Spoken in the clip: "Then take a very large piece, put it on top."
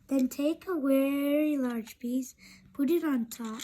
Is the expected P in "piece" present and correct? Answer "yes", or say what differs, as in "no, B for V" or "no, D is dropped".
no, B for P